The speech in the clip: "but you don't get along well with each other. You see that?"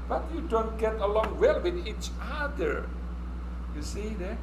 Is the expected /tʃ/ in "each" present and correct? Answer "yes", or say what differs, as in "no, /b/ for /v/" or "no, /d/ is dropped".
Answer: yes